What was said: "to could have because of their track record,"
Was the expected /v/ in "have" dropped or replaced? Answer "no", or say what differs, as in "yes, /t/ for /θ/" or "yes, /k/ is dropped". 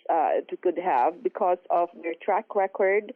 no